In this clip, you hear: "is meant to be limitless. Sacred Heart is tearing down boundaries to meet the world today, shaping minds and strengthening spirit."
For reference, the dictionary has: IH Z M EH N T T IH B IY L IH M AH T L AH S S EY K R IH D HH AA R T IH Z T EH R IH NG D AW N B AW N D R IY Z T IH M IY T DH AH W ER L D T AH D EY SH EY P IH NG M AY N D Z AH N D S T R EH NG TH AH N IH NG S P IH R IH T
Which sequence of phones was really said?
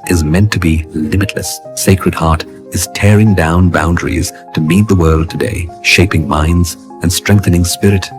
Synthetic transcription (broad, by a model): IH Z M EH N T T IH B IY L IH M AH T L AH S S EY K R IH D HH AA R T IH Z T EH R IH NG D AW N B AW N D R IY Z T IH M IY T DH AH W ER L D T AH D EY SH EY P IH NG M AY N D Z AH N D S T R EH NG TH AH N IH NG S P IH R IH T